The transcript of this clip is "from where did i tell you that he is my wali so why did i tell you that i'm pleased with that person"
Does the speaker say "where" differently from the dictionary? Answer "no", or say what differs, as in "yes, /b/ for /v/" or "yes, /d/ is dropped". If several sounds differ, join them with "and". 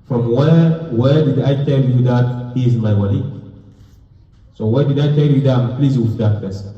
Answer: yes, /w/ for /ɹ/